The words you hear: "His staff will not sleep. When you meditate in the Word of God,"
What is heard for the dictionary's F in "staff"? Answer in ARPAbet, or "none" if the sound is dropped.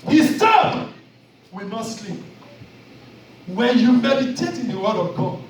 P